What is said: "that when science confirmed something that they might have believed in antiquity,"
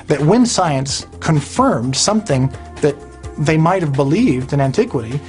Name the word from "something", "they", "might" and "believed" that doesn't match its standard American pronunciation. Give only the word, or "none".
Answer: none